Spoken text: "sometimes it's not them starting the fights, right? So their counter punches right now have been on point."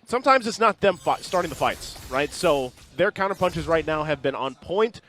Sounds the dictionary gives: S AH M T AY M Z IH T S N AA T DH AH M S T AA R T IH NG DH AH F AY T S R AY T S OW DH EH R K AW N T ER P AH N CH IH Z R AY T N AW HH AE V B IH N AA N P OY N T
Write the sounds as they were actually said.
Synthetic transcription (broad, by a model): S AH M T AY M Z IH T S N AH T DH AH M S T AA R T IH NG DH AH F AY T S R AY T S OW DH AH R K AW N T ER P AH N CH IH Z R AY T N AW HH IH V B IH N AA N P OY N T